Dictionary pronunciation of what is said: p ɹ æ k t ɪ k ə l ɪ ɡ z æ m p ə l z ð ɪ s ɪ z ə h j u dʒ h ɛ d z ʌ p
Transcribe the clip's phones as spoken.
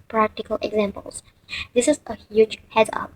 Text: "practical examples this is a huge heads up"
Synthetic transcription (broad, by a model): p ɹ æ k t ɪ k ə l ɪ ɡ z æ m p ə l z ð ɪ s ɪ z ə h j u dʒ h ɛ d ʌ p